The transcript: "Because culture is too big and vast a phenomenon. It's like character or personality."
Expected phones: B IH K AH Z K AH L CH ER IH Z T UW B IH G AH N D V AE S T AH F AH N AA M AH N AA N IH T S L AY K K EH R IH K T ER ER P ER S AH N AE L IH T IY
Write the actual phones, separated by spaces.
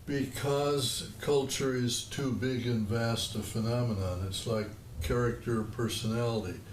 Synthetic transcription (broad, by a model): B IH K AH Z K AH L CH ER IH Z T UW B IH G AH N V AE S T AH F AH N AA M AH N AA N IH T S L AY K K EH R IH K T ER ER P ER S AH N AE L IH T IY